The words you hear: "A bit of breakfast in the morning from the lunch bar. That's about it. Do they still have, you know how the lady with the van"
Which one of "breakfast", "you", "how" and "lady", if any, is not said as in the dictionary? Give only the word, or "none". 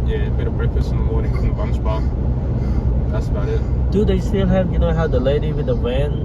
breakfast